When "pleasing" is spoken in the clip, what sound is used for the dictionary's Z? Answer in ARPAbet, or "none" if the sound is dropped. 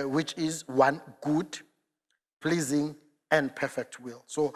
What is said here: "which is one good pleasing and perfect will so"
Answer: Z